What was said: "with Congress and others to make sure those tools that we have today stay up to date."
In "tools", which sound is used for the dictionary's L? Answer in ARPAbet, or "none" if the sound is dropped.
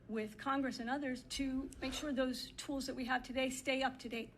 L